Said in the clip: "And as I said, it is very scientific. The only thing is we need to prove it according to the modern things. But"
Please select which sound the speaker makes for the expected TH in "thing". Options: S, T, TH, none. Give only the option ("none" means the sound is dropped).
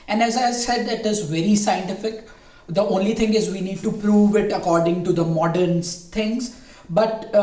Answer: T